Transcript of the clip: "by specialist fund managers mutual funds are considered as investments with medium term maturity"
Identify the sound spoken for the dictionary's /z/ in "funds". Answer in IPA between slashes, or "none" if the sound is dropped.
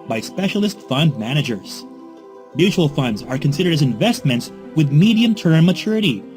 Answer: /z/